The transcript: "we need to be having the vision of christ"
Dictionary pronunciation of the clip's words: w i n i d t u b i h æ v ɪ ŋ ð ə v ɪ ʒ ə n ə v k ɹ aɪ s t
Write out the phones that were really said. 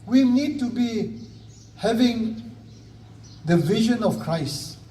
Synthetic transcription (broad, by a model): w i n i d t u b i h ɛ v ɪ ŋ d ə v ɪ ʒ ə n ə f k ɹ aɪ s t